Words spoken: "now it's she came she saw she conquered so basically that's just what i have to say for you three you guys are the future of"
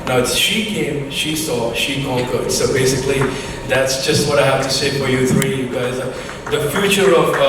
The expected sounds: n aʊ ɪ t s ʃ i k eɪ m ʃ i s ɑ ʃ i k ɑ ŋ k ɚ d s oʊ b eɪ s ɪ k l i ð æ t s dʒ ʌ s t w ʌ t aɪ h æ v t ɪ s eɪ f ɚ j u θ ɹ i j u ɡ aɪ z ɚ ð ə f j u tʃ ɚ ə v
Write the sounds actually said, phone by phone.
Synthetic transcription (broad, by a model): n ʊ ɪ t s ʃ i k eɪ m ʃ i s ɑ ʃ i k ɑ k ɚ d s oʊ b eɪ s ɪ k l i ð æ t s dʒ ʌ s t w ʌ t aɪ h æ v t ɪ s eɪ f ɚ j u θ ɹ i j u ɡ aɪ z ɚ ð ə f j u tʃ ɚ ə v